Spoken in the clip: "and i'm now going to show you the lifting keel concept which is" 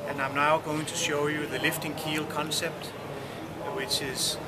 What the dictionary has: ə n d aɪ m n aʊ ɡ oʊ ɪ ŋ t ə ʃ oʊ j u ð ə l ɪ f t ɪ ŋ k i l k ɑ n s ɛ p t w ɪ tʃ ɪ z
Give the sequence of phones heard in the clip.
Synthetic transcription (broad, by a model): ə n aɪ m n aʊ ɡ oʊ ɪ ŋ t ə ʃ oʊ j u ð ə l ɪ f t ɪ ŋ k i l k ɑ n s ɛ p t w ɪ tʃ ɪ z